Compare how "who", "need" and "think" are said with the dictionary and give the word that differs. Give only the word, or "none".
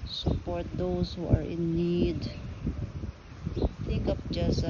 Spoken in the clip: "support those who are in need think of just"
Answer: think